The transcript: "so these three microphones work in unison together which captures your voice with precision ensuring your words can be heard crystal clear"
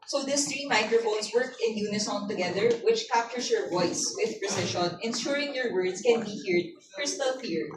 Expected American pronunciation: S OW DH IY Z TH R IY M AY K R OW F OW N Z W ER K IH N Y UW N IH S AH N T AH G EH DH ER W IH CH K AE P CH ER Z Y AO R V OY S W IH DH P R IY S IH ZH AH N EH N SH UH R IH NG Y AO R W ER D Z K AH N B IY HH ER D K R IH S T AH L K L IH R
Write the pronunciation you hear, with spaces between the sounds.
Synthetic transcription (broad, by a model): S OW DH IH S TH R IY M AY K R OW F OW N S W ER K IH N Y UW N IH S AH N T AH G EH DH ER W IH CH K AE P CH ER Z Y AO R V OY S W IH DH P R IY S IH SH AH N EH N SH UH R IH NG Y AO R W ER D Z K AH N B IY HH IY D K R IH S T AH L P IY R